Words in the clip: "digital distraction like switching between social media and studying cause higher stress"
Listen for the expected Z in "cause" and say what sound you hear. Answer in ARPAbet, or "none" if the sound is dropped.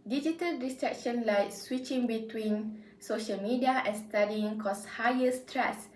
S